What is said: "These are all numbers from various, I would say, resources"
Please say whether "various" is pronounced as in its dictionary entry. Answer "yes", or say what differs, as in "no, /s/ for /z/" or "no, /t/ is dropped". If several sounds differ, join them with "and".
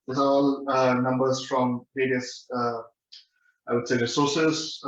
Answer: no, /p/ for /v/